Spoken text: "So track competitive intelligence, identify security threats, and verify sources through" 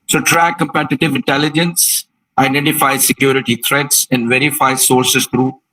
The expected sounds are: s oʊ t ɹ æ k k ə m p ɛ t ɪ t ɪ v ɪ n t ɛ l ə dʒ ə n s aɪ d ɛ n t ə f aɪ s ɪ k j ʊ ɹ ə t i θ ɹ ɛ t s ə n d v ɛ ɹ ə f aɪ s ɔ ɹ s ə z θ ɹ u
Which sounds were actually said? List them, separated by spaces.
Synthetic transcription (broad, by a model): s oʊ t ɹ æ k k ə m p ɛ t ɪ t ɪ v ɪ n t ɛ l ə dʒ ə n s aɪ d ɛ n t ə f aɪ s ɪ k j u ɹ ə t i t ɹ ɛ t s ə n d v ɛ ɹ ə f aɪ s ɔ ɹ s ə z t ɹ u